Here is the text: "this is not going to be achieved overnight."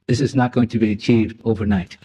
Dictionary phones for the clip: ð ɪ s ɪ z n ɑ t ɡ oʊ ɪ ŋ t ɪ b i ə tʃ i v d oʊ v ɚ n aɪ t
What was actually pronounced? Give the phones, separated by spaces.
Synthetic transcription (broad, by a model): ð ɪ s ɪ z n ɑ t ɡ oʊ ɪ ŋ t ɪ b i ə tʃ i v d oʊ v ɚ n aɪ t